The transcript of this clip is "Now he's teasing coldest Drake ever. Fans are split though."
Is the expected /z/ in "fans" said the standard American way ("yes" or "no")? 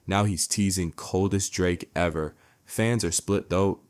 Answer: yes